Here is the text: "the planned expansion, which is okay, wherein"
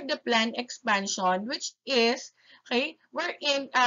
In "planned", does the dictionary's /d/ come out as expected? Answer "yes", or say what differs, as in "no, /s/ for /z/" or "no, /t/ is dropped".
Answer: no, /d/ is dropped